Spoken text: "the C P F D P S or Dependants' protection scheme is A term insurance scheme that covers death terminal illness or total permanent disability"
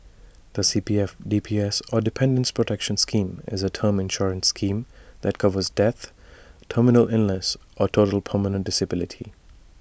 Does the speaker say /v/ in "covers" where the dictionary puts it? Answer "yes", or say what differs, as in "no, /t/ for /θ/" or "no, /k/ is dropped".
yes